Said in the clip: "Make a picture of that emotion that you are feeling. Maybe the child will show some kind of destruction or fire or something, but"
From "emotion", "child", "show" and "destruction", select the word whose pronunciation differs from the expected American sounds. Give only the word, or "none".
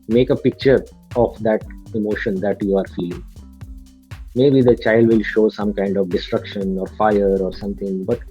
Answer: none